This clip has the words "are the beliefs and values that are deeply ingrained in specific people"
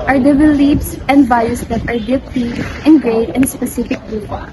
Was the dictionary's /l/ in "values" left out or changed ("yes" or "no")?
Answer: yes